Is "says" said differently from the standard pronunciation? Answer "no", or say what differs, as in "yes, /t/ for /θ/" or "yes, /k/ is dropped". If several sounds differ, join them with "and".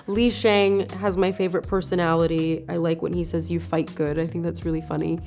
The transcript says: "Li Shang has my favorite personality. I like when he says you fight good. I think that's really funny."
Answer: no